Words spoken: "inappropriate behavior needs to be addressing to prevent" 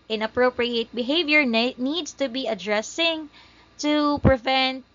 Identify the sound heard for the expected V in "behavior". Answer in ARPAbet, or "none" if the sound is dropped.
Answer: V